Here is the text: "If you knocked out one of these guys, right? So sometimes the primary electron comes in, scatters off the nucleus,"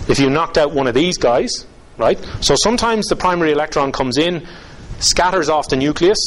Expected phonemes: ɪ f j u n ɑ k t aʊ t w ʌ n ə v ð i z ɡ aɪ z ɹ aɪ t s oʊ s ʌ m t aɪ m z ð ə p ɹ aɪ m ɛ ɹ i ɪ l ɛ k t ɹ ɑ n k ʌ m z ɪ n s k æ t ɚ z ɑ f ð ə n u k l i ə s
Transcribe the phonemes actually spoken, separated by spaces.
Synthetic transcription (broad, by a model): ɪ f j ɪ n ɑ k t aʊ t w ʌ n ə v ð i z ɡ aɪ z ɹ aɪ t s oʊ s ʌ m t aɪ m z ð ə p ɹ aɪ m ɛ ɹ i ɪ l ɛ k t ɹ ɑ n k ʌ m z ɪ n s k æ t ɚ z ɑ f ð ə n u k l i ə s